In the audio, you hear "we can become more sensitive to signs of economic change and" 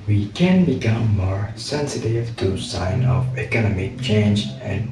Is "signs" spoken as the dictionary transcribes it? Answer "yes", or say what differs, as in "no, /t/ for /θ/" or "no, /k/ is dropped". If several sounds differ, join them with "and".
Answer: no, /z/ is dropped